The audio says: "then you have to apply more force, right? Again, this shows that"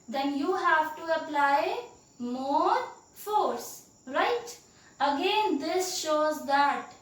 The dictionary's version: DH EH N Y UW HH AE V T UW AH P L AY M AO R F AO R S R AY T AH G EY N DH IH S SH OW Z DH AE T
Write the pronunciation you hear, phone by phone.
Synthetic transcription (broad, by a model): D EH N Y UW HH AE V T UW AH P L AY M AO R F AO R S R AY T AH G EY N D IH S SH OW Z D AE T